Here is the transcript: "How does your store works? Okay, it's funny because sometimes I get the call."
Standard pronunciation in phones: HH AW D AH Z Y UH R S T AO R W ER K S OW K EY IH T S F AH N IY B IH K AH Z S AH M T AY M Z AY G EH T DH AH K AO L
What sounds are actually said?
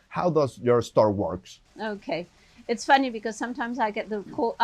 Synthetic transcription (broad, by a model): HH AW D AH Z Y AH R S T AO R W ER K S OW K EY IH T S F AH N IY B IH K AH Z S AH M T AY M Z AY G EH T DH AH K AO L